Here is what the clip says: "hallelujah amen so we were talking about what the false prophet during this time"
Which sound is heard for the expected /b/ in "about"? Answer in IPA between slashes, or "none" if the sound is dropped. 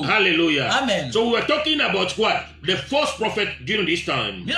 /b/